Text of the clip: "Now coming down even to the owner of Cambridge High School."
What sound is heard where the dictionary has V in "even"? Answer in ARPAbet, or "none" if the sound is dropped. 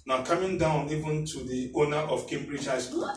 V